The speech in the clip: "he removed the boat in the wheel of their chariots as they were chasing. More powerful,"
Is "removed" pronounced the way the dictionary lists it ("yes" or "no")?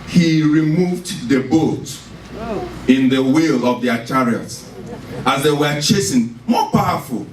yes